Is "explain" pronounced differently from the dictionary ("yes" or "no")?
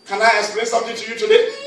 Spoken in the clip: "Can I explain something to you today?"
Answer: yes